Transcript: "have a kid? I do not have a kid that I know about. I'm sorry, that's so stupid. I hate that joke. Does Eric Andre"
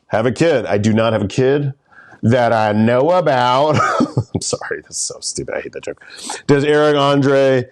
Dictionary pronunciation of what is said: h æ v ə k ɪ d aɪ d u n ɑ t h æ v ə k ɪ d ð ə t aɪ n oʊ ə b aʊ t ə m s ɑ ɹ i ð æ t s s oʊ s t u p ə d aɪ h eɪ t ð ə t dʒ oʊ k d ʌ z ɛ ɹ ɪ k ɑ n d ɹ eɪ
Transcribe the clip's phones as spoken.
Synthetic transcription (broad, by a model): h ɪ v ə k ɪ d aɪ d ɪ n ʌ t h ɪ v ə k ɪ d ð ə t aɪ n oʊ ə b aʊ t ə m s ɑ ɹ i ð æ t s s oʊ s t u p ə ɪ h eɪ t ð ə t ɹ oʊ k d ʌ z ɛ ɹ ɪ k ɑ n d ɹ eɪ